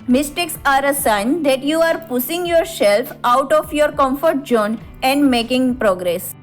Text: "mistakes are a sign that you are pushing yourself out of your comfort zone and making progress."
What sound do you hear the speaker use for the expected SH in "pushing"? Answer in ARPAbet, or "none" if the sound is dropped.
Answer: S